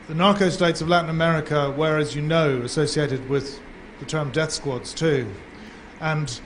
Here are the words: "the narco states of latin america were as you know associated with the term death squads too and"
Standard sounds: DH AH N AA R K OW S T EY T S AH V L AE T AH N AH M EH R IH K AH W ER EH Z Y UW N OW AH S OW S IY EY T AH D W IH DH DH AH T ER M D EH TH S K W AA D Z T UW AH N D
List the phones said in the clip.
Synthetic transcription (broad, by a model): DH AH N AA R K OW S T EY T S AH V L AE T N AH M EH R IH K AH W ER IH Z Y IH N OW AH S OW S IY EY T AH D W IH DH DH AH T ER M D EH TH S K W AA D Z T UW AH N